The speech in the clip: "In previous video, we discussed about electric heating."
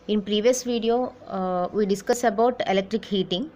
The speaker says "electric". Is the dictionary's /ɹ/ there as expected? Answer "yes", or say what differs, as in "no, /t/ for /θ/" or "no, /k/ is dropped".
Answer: yes